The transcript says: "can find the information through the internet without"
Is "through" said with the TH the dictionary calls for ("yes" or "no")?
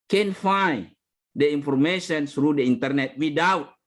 no